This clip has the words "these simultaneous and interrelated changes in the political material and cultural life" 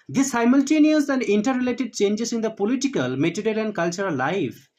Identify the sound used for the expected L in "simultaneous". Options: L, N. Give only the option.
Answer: L